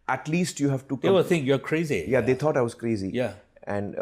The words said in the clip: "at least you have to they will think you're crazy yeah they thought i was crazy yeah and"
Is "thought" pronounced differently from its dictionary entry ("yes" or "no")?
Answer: yes